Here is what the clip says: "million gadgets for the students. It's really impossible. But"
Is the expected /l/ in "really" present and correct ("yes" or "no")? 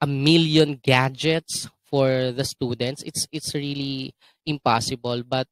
yes